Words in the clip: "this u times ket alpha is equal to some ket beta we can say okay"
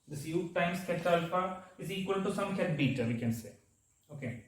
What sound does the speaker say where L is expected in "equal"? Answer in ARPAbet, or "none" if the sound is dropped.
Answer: L